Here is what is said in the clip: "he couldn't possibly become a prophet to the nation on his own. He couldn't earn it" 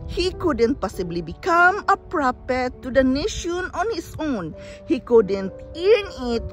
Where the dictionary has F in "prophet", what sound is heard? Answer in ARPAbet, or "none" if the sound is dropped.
P